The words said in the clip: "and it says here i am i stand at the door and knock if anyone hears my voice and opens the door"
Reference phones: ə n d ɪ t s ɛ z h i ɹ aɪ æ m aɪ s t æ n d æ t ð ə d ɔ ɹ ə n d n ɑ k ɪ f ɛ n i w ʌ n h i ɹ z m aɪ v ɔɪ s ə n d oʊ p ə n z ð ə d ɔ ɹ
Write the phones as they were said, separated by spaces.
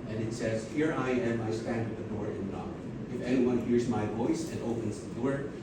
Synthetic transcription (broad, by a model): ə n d ɪ t s ɛ z h i ɹ aɪ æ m aɪ s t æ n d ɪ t ð ə d ɔ ɹ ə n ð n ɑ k ɪ f ɛ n i w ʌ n h i ɹ z m aɪ v ɔɪ s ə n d oʊ p ə n z ð ə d ɔ ɹ